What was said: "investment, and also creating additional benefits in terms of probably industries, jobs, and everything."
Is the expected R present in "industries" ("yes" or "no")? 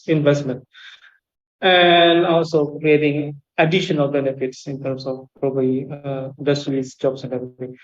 no